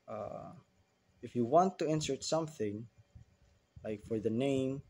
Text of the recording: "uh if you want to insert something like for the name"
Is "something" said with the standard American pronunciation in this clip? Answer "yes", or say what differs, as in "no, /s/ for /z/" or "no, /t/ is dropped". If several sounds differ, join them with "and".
yes